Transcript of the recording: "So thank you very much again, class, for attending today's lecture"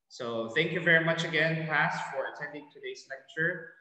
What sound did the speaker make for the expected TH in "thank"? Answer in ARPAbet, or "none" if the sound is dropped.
TH